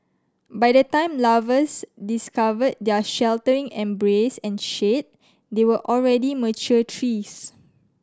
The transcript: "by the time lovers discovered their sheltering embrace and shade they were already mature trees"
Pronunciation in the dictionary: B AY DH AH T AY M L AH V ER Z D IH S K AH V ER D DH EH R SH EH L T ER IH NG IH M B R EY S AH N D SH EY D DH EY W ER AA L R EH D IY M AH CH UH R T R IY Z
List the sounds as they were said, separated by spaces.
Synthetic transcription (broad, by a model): B AY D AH T AY M L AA V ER S D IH S K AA V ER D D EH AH SH EH L T ER IH NG IH M B R EY S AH N SH EY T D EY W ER AA L R EH D IY M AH CH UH T R IY S